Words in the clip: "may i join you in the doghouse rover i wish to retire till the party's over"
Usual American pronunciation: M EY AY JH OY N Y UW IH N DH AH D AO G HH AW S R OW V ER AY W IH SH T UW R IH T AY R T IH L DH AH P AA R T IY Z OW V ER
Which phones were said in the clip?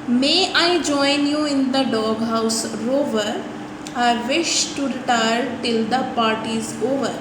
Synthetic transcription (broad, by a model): M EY AY JH OY N Y UW IH N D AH D AO G HH AW S R OW V ER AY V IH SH T UW R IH T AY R T IH L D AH P AA R T IY Z OW V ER